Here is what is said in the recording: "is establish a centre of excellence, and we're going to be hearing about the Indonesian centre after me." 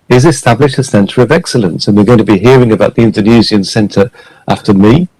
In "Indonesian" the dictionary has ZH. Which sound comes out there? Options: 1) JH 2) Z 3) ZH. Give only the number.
2